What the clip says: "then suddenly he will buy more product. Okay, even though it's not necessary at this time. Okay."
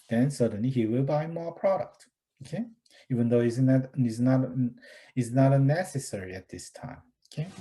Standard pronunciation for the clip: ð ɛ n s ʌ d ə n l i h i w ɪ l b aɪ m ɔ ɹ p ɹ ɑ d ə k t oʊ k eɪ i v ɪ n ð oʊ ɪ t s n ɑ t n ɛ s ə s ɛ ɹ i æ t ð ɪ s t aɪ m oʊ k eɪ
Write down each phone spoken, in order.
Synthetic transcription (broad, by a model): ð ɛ n s ʌ d ə n l i h i w ɪ l b aɪ m ɔ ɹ p ɹ ɑ d ə k t oʊ k eɪ i v ɪ n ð oʊ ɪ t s n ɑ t n ɛ s ə s ɛ ɹ i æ t ð ɪ s t aɪ m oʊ k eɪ